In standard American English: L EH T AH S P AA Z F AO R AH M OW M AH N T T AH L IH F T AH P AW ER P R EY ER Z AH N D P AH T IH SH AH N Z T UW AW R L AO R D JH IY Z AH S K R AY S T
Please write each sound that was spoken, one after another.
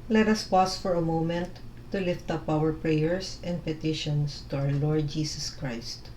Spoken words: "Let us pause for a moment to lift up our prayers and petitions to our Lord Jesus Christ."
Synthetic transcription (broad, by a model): L EH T AH S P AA S F AO R AH M OW M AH N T T AH L IH F T AH P AW ER P R EY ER S AH N D P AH T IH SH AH N S T UW AW R L AO R D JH IY S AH S K R AY S T